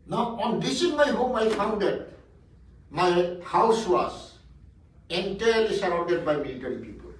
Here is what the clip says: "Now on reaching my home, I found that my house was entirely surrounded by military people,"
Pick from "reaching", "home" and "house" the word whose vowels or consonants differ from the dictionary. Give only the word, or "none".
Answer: reaching